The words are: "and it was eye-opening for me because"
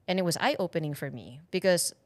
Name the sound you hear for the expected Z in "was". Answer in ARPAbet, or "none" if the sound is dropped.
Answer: Z